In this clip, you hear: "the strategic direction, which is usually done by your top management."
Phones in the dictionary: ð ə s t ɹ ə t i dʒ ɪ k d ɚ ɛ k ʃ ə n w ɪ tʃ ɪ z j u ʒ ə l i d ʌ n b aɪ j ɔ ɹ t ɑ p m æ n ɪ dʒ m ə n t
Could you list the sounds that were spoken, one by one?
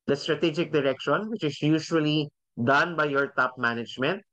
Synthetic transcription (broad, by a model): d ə s t ɹ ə t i dʒ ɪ k d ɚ ɛ k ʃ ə n w ɪ tʃ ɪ s j u ʃ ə l i d ʌ n b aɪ j ɔ ɹ t ɑ p m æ n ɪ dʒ m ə n t